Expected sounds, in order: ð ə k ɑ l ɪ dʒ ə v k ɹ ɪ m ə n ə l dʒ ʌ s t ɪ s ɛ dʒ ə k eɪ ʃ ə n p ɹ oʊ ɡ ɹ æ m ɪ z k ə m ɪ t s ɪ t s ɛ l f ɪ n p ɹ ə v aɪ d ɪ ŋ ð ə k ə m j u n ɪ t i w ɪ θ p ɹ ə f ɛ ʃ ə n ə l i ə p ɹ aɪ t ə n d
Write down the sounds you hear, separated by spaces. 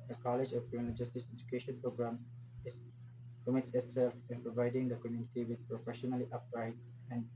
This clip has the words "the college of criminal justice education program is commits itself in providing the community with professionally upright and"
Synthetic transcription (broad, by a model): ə k ɑ l ɪ dʒ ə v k ɪ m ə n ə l dʒ ʌ s t ɪ s ɛ dʒ ə k eɪ ʃ ə n p ɹ oʊ ɡ ɹ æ m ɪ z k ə m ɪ t s ɪ t s ɛ l f ɪ n p ɹ ə v aɪ d ɪ ŋ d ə k ə m j u n ɪ t i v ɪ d p ɹ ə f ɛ ʃ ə n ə l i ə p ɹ aɪ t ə n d